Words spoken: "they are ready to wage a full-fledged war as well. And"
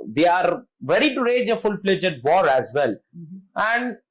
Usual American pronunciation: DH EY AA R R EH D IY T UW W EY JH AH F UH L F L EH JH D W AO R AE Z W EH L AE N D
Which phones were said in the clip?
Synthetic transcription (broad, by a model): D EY AA R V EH D IY T UW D EY JH AH F UH L P L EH JH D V AO R AE Z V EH L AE N D